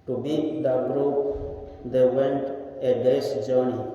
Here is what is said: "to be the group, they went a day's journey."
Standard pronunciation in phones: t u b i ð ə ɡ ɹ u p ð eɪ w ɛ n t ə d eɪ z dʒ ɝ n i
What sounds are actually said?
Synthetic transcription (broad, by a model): t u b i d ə ɡ ɹ u p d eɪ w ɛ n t ə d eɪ s dʒ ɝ n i